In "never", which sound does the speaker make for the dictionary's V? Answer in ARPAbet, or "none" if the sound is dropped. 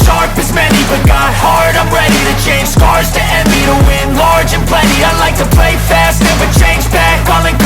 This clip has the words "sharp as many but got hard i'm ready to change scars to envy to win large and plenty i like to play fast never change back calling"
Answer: W